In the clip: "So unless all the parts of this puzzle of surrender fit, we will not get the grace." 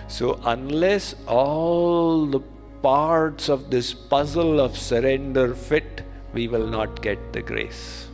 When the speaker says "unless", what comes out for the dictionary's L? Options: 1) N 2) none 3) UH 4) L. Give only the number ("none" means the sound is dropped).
4